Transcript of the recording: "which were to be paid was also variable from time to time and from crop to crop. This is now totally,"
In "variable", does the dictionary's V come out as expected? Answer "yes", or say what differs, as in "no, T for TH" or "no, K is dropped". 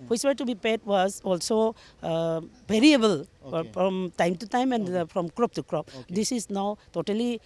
no, B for V